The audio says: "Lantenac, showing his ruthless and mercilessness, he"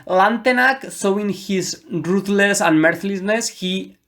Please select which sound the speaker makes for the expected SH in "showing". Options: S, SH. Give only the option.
S